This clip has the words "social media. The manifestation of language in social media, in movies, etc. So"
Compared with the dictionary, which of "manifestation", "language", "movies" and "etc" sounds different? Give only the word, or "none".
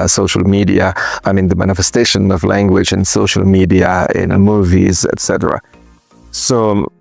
none